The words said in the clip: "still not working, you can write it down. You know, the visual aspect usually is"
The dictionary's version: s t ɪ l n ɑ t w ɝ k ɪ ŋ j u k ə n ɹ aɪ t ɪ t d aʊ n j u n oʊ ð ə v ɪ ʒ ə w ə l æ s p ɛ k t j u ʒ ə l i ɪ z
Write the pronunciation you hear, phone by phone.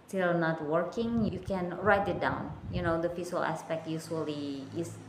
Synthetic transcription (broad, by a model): s t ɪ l n ɑ t w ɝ k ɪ ŋ j u k ə n ɹ aɪ t ɪ t d aʊ n j u n oʊ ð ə f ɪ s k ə l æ s p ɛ k t j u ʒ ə l i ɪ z